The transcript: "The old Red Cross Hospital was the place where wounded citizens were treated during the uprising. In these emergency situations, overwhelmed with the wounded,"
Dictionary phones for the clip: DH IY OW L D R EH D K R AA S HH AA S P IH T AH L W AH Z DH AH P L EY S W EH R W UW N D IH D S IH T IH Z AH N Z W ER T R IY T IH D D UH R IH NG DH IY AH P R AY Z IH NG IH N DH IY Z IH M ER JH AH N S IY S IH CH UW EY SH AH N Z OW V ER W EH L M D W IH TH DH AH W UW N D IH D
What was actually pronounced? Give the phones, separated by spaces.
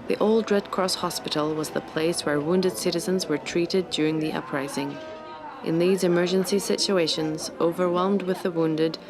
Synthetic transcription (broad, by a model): DH IY OW L D R EH D K R AA S HH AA S P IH T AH L W AH Z DH AH P L EY S W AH R W UW N D IH D S IH T IH Z AH N Z W ER T R IY T IH D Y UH R IH NG DH IY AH P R AY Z IH NG IH N DH IY Z IH M ER JH AH N S IY S IH CH UW EY SH AH N Z OW V ER W EH L M D W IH DH AH W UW N D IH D